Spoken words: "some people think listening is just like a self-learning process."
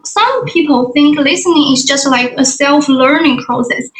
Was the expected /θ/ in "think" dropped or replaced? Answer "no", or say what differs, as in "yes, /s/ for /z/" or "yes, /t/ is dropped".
no